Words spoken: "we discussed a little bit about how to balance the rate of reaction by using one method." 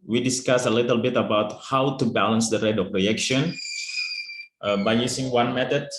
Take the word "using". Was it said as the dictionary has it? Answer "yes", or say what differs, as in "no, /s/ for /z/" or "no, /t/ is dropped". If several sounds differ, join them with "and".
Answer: no, /s/ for /z/